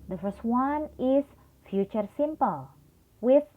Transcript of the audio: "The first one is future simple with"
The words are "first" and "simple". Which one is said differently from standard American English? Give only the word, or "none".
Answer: none